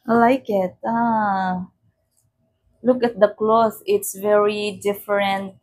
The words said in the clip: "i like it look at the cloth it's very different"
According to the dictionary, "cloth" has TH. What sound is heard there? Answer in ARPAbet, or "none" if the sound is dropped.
S